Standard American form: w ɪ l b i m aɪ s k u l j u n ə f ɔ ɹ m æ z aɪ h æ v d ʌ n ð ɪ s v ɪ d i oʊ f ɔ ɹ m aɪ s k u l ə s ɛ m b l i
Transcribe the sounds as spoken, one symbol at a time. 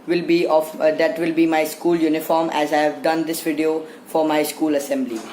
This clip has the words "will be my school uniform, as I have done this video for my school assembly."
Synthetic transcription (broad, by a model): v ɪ l b i m aɪ s k u l j u n ə f ɔ ɹ m æ z aɪ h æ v d ʌ n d ɪ s v ɪ d i oʊ f ɔ ɹ m aɪ s k u l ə s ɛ m b l i